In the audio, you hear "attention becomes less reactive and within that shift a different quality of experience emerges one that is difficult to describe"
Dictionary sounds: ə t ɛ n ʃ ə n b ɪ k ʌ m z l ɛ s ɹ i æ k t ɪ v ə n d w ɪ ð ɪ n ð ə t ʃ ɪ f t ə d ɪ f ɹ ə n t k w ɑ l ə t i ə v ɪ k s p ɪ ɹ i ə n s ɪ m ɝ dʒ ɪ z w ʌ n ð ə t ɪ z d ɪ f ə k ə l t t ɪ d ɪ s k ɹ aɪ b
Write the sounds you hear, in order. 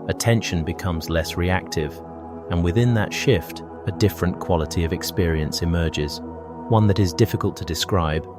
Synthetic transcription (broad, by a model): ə t ɛ n ʃ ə n b ɪ k ʌ m z l ɛ s ɹ i æ k t ɪ v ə n w ɪ ð ɪ n ð ə t ʃ ɪ f t ə d ɪ f ɹ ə n k w ɑ l ə t i ə v ɪ k s p ɪ ɹ i ə n s ɪ m ɝ dʒ ɪ z w ʌ n ð ə t ɪ z d ɪ f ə k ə l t t ɪ d ɪ s k ɹ aɪ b